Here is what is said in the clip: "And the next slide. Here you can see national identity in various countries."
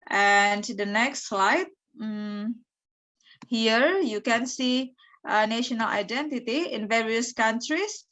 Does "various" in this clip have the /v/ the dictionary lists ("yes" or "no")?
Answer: yes